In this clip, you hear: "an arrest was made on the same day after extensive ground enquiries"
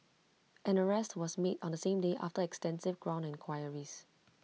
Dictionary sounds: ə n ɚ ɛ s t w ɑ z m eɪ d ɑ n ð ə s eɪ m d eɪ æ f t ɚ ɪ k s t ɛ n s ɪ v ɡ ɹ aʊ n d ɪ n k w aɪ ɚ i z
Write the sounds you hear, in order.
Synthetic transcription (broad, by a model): ə n ɚ ɛ s t w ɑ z m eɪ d ɑ n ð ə s eɪ m d eɪ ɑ f t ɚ ɪ k s t ɛ n s ɪ v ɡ ɹ aʊ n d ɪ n k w aɪ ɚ i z